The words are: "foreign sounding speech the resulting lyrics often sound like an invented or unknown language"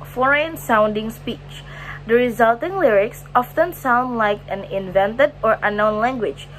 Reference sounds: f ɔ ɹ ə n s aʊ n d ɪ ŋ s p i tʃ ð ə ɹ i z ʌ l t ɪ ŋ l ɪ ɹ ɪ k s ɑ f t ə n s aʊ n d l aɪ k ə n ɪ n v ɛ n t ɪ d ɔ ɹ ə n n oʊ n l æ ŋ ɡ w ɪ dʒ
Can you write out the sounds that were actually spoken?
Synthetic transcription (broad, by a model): f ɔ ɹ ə n s aʊ n d ɪ ŋ s p i tʃ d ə ɹ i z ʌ l t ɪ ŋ l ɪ ɹ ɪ k s ɑ f t ə n s aʊ n d l aɪ k ə n ɪ n v ɛ n t ɪ d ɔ ɹ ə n n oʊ n l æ ŋ ɡ w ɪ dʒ